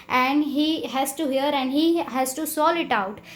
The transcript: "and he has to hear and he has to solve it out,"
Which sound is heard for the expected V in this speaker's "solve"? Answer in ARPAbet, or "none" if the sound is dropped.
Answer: none